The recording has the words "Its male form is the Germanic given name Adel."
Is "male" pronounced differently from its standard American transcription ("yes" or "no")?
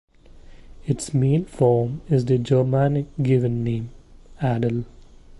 yes